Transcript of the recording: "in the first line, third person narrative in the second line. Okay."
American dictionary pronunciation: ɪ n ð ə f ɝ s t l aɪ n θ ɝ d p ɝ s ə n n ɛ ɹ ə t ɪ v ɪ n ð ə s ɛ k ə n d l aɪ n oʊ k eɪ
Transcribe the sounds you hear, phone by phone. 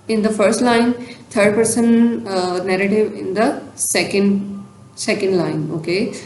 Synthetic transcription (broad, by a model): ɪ n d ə f ɝ s t l aɪ n t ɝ d p ɝ s ə n n ɛ ɹ ə t ɪ v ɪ n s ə s ɛ k ə n d l aɪ n oʊ k eɪ